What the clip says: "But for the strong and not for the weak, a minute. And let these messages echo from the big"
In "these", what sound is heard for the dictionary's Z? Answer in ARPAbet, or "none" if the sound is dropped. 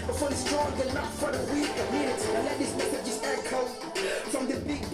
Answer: S